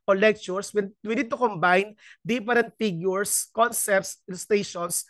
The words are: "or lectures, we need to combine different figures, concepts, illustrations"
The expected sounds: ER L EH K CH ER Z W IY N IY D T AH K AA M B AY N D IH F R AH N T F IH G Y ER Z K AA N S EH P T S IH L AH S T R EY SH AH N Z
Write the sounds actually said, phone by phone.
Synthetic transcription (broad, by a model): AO L EH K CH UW S W IY N IY D T AH K AA M B AY N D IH P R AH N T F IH G Y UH S K AA N S EH P T S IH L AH S T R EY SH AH N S